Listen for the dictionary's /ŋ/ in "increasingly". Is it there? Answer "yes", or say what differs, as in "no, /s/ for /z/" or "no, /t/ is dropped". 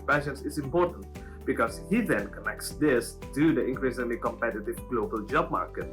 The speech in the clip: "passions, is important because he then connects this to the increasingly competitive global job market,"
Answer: no, /ŋ/ is dropped